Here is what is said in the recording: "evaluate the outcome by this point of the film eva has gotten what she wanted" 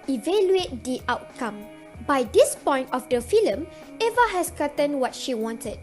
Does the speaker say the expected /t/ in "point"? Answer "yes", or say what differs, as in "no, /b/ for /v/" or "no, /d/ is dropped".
yes